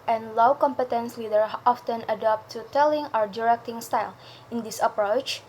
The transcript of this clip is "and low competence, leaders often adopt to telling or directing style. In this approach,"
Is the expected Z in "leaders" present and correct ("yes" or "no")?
no